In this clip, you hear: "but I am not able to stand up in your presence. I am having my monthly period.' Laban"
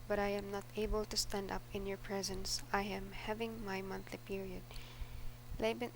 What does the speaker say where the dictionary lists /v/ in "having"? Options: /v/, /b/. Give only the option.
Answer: /v/